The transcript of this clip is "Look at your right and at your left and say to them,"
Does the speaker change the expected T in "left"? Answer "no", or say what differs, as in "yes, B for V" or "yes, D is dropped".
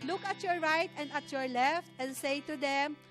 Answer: no